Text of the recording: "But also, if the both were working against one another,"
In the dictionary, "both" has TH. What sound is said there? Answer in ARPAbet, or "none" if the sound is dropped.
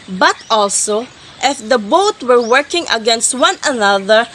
T